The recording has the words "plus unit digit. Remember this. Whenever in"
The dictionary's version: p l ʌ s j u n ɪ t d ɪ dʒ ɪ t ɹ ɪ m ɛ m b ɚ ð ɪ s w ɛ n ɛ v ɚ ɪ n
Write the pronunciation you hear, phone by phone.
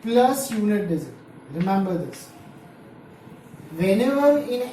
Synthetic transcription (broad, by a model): p l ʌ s j u n ɪ t d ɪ z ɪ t ɹ ɪ m ɛ m b ɚ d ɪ s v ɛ n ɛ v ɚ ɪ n